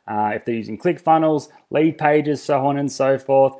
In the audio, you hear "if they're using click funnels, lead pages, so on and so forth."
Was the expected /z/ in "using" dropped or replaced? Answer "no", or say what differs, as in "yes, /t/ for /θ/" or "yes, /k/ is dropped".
no